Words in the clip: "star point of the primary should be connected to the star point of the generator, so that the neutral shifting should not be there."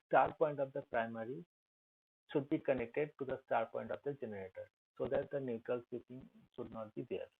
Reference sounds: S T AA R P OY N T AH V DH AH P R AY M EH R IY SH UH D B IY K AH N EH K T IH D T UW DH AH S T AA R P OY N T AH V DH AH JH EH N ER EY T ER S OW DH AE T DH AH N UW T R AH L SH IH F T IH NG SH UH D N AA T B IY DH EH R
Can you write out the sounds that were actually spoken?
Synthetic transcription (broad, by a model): S T AA R P OY N T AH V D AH P R AY M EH R IY SH UH D B IY K AH N EH K T IH D T UW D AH S T AA R P OY N T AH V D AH JH EH N ER EY T ER S OW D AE T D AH N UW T R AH L S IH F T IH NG SH UH D N AA T B IY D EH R